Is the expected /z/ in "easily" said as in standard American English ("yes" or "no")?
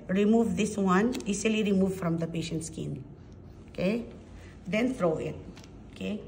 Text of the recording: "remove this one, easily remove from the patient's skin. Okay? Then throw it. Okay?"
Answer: no